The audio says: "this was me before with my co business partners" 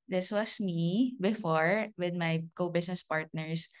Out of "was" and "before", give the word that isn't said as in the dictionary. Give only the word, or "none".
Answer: was